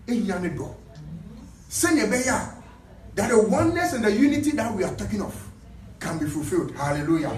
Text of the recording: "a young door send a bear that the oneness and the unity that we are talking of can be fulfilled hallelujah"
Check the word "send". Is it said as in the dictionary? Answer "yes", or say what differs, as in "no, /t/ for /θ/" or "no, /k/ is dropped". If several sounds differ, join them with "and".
no, /d/ is dropped